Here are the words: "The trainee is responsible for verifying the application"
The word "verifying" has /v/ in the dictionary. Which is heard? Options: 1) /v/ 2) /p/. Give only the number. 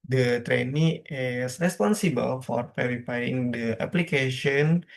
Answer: 2